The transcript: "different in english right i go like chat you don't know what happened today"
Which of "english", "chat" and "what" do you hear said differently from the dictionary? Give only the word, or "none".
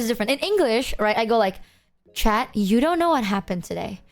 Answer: none